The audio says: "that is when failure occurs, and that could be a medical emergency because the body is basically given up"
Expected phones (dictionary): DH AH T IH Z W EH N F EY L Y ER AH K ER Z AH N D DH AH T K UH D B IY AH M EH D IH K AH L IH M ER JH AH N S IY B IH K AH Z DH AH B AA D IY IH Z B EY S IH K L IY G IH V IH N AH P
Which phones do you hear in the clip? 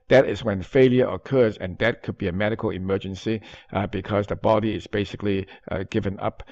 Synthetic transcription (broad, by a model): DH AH T IH Z W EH N F EY L Y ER AH K ER Z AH N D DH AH T K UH D B IY AH M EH D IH K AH L IH M ER JH AH N S IY B IH K AH Z DH AH B AA D IY IH Z B EY S IH K L IY G IH V IH N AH P